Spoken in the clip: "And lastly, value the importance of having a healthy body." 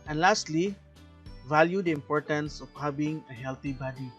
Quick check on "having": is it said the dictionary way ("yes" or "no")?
no